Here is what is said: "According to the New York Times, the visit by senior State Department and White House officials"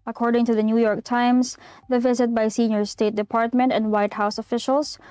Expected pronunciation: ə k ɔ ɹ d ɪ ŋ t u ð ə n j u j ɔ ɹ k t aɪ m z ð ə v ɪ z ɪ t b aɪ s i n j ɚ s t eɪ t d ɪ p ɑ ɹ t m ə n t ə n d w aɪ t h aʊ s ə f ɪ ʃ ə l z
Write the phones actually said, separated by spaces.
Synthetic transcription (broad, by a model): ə k ɔ ɹ d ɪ ŋ t u ð ə n j u j ɔ ɹ k t aɪ m s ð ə v ɪ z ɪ t b aɪ s i n j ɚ s t eɪ t d ɪ p ɑ ɹ t m ə n t ə n d w aɪ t h aʊ s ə f ɪ ʃ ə l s